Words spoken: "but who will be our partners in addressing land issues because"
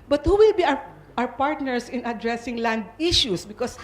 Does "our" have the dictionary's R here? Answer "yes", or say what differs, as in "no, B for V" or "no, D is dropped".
no, W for R